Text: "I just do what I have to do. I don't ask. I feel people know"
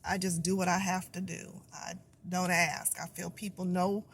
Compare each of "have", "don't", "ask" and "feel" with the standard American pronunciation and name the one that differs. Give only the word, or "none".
have